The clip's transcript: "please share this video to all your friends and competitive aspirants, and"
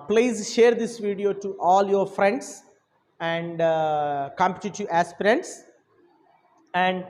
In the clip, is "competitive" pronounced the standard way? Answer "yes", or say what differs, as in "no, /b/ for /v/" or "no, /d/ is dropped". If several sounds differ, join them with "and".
no, /v/ is dropped